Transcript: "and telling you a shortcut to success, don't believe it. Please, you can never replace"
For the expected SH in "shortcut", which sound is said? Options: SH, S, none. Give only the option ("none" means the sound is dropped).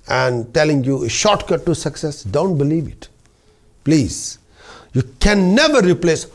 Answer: SH